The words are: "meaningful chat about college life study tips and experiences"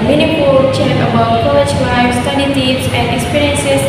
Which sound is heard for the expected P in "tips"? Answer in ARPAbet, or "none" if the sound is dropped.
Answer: none